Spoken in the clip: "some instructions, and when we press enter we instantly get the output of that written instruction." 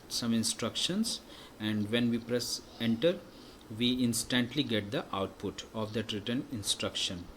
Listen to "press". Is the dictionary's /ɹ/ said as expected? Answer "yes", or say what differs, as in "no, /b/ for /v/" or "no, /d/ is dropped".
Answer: yes